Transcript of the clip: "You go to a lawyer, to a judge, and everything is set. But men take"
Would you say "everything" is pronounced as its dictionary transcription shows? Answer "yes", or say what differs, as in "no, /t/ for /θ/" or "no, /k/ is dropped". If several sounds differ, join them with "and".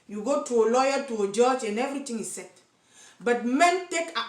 no, /t/ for /θ/